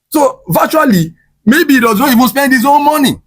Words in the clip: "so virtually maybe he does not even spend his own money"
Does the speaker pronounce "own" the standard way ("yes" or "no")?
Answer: no